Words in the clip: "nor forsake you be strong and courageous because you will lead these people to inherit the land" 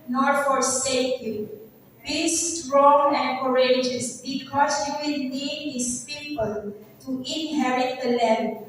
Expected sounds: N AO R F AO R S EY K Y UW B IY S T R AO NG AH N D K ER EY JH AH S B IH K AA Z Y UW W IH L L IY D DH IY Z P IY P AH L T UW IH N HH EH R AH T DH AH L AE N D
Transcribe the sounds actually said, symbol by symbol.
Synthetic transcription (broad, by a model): N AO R F AO R S EY K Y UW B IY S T R AO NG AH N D K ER EY JH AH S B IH K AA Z Y UW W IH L N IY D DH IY S P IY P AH L T UW IH N HH EH R AH T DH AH L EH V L